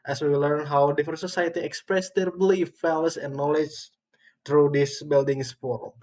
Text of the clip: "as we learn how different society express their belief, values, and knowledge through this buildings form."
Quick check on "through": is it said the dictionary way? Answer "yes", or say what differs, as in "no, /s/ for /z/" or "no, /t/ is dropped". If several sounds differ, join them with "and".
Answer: no, /t/ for /θ/